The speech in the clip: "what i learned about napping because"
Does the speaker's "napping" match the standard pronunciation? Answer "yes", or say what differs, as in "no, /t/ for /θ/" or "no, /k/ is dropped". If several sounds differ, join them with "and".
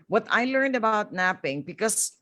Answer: yes